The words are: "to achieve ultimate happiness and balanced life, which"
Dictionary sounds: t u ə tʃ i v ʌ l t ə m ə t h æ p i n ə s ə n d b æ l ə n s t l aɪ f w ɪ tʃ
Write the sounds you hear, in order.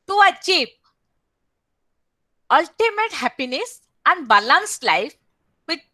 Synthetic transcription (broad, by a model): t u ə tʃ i p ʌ l t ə m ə t h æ p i n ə s ə n d b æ l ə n s l aɪ f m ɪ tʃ